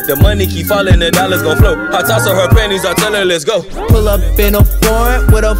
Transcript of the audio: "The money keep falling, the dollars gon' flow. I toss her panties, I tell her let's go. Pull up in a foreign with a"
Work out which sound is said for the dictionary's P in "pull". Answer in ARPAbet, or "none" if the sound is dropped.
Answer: P